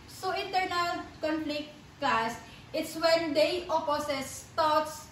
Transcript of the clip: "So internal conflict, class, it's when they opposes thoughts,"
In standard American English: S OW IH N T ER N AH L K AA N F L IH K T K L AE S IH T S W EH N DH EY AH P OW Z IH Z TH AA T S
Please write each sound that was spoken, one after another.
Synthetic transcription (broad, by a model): S OW IH N T ER N AH L K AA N P L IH T K L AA S IH T S W EH N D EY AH P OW S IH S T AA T S